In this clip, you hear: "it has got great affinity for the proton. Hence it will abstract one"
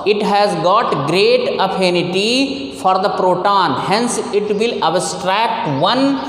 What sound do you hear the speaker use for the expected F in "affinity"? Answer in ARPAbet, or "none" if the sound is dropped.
P